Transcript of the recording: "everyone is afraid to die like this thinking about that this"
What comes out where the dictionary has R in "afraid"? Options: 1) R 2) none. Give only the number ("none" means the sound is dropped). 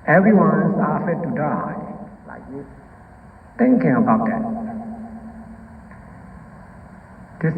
2